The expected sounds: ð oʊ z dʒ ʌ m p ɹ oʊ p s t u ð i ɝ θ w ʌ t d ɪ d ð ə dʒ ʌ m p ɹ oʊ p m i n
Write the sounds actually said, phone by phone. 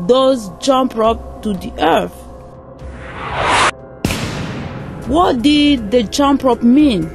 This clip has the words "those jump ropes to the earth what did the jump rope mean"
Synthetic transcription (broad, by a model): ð oʊ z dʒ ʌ m p ɹ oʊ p t u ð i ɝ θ w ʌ t d ɪ d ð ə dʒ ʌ m p ɹ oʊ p m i n